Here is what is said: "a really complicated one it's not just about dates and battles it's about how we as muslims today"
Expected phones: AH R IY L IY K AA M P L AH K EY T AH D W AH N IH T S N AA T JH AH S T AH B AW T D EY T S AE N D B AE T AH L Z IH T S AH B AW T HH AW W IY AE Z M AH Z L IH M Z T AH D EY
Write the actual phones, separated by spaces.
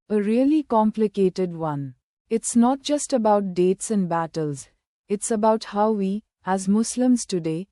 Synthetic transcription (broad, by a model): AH R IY L IY K AA M P L AH K EY T AH D W AH N IH T S N AA T JH AH S T AH B AW T D EY T S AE N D B AE T AH L Z IH T S AH B AW T HH AW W IY AE Z M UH S L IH M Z T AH D EY